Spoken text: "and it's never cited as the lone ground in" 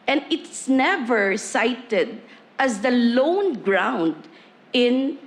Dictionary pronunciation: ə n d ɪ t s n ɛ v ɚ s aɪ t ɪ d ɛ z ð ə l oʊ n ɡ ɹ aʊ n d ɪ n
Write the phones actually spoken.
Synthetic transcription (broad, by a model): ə n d ɪ t s n ɛ v ɚ s aɪ t ɪ d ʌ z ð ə l oʊ n ɡ ɹ aʊ n d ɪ n